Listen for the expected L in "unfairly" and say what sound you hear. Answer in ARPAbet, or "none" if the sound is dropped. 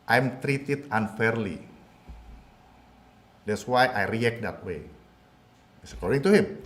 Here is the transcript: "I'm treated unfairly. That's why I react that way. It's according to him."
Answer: L